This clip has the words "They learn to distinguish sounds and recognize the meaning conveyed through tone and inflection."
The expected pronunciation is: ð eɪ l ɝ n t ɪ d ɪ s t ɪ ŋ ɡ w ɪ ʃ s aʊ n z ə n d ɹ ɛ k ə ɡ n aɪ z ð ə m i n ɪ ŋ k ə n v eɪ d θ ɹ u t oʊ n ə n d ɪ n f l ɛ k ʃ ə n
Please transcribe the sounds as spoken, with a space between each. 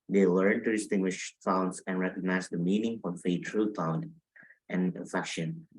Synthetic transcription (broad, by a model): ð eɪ l ɝ n t ɪ d ɪ s t ɪ ŋ ɡ w ɪ ʃ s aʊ n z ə n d ɹ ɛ k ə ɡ n aɪ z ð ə m i n ɪ ŋ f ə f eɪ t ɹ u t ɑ ə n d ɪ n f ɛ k ʃ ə n